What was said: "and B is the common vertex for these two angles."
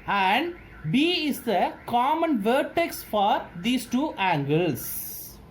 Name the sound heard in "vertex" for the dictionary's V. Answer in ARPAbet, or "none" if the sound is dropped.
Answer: V